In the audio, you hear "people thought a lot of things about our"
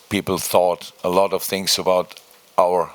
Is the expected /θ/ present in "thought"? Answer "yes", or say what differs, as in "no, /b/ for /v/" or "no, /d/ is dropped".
yes